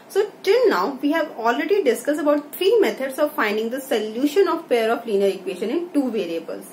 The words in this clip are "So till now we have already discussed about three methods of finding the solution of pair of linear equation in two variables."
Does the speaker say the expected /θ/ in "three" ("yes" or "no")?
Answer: no